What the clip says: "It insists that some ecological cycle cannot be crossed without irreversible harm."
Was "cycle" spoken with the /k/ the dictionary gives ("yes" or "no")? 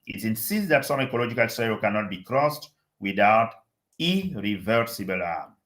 no